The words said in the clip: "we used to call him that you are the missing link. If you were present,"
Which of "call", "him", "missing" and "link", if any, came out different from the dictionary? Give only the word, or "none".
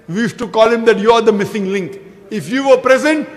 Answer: none